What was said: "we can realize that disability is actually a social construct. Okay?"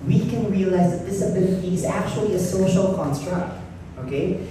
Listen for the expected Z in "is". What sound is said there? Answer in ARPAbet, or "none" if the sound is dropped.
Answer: Z